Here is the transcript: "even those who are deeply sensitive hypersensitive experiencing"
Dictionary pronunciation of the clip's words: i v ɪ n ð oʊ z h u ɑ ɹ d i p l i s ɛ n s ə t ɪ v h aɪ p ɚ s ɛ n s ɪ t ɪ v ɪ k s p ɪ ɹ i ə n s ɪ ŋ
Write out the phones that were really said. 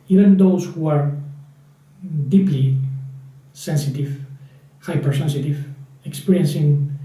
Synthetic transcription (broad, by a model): i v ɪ n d oʊ s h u ɑ ɹ d i p l i s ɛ n s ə t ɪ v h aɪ p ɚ s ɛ n s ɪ t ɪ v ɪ k s p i ɹ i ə n s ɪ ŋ